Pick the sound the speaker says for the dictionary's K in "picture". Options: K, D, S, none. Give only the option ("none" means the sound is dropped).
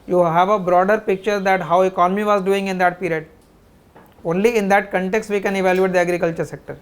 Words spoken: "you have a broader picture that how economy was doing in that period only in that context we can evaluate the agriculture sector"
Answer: K